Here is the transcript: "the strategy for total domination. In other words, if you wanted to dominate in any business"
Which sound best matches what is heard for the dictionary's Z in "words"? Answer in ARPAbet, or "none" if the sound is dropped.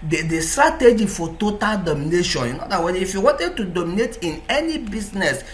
none